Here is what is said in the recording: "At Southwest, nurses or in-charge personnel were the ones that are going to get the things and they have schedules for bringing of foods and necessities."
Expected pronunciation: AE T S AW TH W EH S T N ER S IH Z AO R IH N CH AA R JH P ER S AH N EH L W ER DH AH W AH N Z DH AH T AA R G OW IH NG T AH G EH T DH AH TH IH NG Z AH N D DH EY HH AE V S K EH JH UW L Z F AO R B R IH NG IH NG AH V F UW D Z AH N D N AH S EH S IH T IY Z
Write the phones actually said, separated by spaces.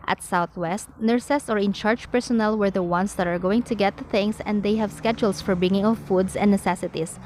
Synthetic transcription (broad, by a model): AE T S AW TH W EH S T N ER S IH S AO R IH N CH AA R JH P ER S AH N EH L W ER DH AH W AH N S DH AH T AA R G OW IH NG T AH G EH T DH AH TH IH NG S AH N D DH EY HH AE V S K EH JH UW L S F AO R B IH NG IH NG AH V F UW D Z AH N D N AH S EH S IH T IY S